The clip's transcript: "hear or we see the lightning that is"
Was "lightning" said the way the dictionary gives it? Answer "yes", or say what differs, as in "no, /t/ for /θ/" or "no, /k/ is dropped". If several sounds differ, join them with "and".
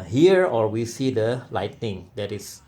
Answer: yes